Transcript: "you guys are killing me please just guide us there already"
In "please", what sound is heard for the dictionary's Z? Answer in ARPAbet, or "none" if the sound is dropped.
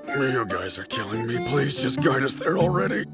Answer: Z